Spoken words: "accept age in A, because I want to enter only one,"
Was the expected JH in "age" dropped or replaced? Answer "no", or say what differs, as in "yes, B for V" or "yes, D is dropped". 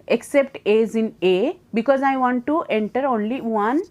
yes, Z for JH